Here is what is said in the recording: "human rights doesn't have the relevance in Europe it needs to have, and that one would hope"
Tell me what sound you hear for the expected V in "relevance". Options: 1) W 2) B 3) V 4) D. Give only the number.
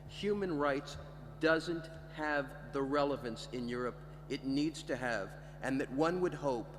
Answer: 3